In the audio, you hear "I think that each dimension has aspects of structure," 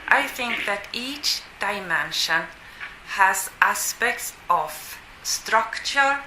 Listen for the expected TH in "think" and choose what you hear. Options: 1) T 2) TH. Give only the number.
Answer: 2